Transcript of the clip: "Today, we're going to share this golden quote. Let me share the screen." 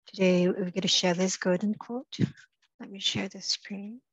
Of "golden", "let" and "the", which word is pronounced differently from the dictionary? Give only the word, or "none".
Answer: golden